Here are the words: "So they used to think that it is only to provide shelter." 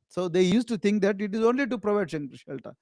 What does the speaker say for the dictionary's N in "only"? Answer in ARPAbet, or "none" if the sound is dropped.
N